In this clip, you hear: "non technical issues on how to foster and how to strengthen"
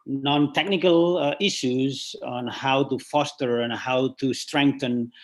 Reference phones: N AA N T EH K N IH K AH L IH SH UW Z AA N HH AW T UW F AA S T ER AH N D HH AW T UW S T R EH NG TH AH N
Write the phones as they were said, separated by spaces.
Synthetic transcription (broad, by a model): N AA N T EH K N IH K AH L IH SH UW Z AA N HH AW T UW F AA S T ER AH N HH AW T UW S T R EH NG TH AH N